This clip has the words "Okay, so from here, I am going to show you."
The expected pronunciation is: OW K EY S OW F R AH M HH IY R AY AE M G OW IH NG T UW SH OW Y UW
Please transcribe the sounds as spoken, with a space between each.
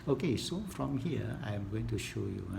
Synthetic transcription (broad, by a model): OW K EY S OW F R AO M HH IY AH AY M G OW IH NG T UW SH OW Y UW